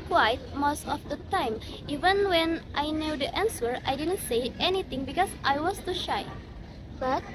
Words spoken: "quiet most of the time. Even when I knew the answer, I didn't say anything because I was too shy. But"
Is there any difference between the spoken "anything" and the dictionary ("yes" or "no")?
yes